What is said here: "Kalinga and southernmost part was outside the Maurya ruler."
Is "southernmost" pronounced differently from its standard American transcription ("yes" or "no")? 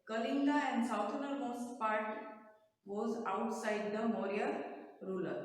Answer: yes